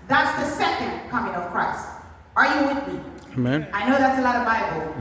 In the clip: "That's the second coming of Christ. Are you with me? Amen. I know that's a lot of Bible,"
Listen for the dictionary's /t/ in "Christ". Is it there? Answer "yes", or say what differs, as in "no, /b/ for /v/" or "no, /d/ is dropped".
yes